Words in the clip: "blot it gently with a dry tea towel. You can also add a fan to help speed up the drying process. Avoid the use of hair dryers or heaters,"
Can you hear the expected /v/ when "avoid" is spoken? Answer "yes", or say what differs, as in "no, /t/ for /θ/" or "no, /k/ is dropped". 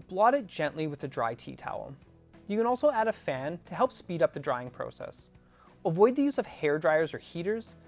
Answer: yes